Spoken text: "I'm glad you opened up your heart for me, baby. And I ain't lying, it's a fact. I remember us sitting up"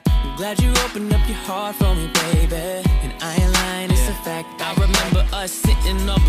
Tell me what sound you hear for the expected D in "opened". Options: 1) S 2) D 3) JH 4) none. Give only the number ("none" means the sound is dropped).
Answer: 4